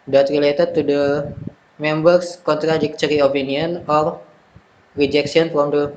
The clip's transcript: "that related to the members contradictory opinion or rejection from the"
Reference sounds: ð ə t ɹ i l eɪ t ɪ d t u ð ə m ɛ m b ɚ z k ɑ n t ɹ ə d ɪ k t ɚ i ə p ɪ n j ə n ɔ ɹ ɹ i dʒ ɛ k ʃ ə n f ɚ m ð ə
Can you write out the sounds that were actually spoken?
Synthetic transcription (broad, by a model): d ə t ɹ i l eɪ t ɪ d t u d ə m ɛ m b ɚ s k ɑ n t ɹ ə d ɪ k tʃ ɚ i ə p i n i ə n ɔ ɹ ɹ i dʒ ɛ k s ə n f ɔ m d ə